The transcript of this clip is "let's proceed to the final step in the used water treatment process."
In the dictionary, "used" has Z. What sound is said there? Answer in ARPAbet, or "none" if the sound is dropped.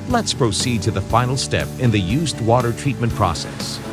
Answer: Z